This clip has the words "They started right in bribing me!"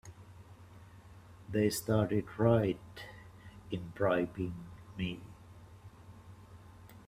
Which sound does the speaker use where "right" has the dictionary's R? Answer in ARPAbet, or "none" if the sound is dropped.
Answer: R